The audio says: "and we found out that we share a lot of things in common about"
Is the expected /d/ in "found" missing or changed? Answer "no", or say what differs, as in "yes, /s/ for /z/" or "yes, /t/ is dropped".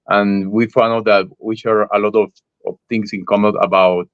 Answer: yes, /d/ is dropped